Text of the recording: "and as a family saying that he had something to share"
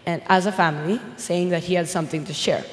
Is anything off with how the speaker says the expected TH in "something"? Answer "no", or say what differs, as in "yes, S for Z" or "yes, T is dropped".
no